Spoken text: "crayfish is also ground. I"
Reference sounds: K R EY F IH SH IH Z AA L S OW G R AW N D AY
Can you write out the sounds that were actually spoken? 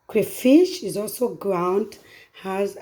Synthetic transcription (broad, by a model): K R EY F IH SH IH Z AA L S OW G R AW N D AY